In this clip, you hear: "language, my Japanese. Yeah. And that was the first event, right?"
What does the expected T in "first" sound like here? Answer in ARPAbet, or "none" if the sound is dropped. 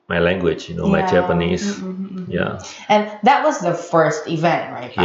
T